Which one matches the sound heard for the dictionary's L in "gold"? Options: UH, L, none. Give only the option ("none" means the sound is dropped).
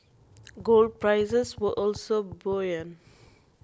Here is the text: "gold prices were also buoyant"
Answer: L